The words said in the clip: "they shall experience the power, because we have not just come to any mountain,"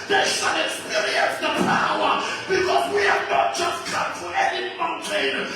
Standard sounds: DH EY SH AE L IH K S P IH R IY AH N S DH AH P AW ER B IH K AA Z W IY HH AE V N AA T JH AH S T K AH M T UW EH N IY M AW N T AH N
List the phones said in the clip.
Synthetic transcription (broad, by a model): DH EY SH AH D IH S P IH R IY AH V DH AH P AW ER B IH K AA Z W IY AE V N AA T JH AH S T K AH M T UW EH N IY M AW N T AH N